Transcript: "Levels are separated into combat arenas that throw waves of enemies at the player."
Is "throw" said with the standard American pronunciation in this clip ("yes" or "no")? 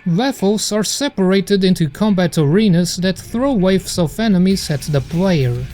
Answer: yes